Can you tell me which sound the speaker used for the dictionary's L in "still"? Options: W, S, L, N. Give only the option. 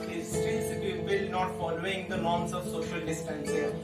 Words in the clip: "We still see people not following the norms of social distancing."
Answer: N